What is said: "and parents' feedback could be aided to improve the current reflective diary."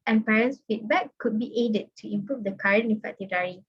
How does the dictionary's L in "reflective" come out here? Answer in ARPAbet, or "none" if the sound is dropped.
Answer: none